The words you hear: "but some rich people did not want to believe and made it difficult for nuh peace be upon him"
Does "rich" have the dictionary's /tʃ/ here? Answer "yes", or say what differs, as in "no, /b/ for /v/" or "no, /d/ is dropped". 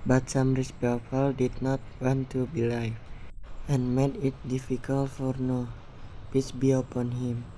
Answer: no, /s/ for /tʃ/